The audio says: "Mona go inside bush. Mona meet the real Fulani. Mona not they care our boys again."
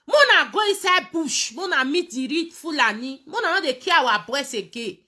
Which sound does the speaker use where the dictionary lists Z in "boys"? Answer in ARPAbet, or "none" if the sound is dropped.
S